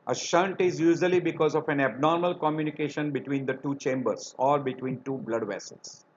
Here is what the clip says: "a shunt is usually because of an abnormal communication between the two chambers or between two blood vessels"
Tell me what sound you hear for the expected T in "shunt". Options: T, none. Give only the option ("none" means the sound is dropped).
T